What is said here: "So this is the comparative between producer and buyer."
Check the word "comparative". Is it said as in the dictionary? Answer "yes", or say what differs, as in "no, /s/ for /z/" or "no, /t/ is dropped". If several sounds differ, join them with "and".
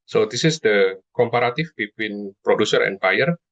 no, /f/ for /v/